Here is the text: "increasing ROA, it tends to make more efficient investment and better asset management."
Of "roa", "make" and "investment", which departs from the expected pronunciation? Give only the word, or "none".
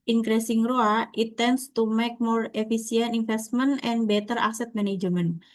investment